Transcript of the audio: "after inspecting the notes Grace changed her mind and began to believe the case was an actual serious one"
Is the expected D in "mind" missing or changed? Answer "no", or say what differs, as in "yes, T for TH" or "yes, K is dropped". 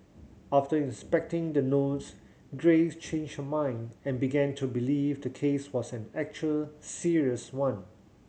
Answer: no